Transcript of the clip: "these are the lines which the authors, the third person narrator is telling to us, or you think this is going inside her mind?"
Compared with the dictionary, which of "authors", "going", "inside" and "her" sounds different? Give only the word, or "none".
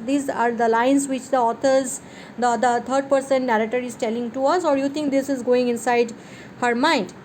authors